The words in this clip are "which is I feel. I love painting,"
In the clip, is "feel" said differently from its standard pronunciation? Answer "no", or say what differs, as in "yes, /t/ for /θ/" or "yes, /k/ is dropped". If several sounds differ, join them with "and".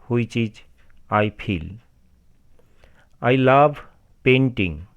yes, /p/ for /f/